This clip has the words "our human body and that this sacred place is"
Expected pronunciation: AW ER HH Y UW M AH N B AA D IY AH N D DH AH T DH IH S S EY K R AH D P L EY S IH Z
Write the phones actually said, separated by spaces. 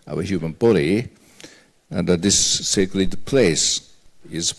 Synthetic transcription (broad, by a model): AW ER HH Y UW M AH N B AA D IY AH N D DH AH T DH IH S S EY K L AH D P L EY S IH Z